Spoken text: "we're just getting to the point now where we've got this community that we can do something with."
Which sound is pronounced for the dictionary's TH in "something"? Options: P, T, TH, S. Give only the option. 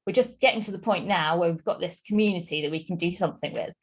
TH